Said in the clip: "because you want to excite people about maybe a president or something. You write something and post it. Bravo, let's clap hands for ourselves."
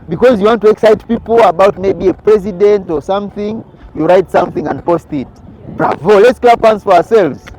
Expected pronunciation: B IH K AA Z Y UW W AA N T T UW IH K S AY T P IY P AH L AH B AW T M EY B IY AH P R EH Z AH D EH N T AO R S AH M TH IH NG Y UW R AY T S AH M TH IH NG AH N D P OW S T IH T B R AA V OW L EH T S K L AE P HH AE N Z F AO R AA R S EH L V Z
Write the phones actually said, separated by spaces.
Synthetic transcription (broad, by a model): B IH K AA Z Y UW W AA N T T UW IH K S AY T P IY P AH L AH B AW T M EY B IY AH P R EH Z AH D EH N T AO R S AH M TH IH NG Y UW R AY T S AH M TH IH NG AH N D P OW S T IH T B R AA V OW L EH T S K L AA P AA N S F AO R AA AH S EH L V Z